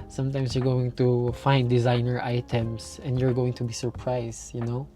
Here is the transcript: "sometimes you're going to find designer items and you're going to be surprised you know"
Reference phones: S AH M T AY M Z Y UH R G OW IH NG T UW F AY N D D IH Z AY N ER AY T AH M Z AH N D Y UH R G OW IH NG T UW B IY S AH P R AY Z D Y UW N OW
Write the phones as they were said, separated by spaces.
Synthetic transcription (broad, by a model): S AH M T AY M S Y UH R G OW IH NG T UW F AY N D D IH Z AY N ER AY T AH M S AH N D Y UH R G OW IH NG T UW B IY S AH P R AY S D Y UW N OW